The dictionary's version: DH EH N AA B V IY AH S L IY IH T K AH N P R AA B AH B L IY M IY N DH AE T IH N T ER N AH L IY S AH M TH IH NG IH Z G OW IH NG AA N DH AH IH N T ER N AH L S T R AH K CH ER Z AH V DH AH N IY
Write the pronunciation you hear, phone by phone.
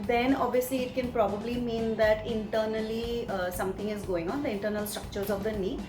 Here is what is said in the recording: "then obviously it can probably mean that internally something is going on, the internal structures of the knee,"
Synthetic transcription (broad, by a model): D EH N AA B V IY AH S L IY IH T K AH N P R AA B AH B L IY M IY N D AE T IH N T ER N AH L IY S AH M T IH NG IH Z G OW IH NG AA N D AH IH N T ER N AH L S T R AH K CH ER Z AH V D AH N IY